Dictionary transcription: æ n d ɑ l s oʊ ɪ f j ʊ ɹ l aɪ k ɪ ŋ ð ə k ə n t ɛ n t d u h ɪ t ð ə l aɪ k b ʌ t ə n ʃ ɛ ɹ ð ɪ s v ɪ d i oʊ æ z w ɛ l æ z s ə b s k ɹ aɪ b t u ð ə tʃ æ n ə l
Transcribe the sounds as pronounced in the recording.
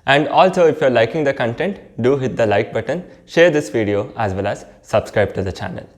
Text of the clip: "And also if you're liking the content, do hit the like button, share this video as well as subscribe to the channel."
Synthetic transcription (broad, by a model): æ n d ɑ l s oʊ ɪ f j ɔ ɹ l aɪ k ɪ ŋ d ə k ə n t ɛ n t d u h ɪ t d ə l aɪ k b ʌ t ə n ʃ ɛ ɹ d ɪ s v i d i oʊ æ z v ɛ l æ z s ə b s k ɹ aɪ b t u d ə tʃ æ n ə l